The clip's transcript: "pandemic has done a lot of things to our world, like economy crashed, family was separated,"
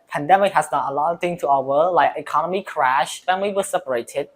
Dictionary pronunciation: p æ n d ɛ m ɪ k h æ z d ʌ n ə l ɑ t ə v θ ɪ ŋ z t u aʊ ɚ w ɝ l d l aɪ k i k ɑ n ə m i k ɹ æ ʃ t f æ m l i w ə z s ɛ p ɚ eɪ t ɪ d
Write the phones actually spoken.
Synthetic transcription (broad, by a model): p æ n d ɛ m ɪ k h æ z d ʌ n ə l ɑ t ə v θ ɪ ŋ t u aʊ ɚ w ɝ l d l aɪ k i k ɑ n ə m i k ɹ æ ʃ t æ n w i w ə s ɛ p ɚ eɪ t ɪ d